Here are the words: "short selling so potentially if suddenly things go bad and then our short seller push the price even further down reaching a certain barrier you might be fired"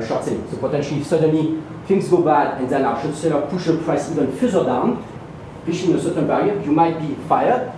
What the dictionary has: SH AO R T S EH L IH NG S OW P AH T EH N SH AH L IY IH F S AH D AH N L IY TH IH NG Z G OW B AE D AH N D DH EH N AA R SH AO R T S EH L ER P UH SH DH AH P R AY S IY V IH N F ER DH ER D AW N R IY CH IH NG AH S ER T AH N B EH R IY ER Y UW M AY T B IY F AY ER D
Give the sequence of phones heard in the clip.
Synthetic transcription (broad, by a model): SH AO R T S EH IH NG S OW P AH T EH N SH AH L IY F S AH D AH N L IY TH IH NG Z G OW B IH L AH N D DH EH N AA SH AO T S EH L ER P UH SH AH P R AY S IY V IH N F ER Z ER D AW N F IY SH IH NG AH S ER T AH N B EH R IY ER Y UW M AY T B IY F AY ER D